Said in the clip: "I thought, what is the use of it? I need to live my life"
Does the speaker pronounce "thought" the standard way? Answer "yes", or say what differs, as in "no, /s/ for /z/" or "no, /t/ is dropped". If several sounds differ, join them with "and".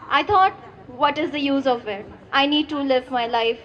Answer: no, /t/ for /θ/